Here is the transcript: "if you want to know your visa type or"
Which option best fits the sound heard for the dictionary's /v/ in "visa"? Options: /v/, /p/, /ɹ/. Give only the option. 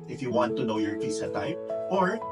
/p/